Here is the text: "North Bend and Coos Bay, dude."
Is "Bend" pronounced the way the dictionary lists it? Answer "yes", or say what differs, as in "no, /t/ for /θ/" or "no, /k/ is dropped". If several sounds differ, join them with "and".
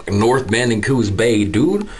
no, /d/ is dropped